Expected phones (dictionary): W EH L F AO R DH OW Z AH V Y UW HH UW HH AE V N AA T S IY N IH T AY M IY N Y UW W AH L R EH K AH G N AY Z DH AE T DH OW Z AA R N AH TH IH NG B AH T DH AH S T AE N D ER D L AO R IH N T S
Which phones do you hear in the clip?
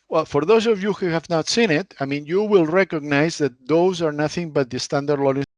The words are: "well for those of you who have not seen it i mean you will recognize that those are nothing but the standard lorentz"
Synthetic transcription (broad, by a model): W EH L F AO R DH OW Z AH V Y UW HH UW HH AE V N AA T S IY N IH T AY M IY N Y UW W AH L R EH K AH G N AY Z DH AE T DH OW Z AA R N AH TH IH NG B AH T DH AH S T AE N D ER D L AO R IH